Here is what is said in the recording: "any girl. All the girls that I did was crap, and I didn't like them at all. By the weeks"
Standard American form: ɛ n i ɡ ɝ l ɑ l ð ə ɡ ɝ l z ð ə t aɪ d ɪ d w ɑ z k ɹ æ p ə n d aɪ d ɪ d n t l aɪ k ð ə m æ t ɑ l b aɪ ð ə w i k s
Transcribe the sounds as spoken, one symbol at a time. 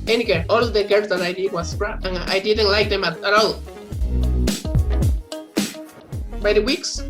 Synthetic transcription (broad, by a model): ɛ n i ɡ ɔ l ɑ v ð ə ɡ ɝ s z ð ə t aɪ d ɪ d w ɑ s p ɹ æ ə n aɪ d ɪ d n t l aɪ k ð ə m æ t ɑ l b aɪ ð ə w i k s